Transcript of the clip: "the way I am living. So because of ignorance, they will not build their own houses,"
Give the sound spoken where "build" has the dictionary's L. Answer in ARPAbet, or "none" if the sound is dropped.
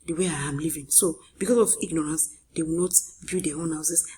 none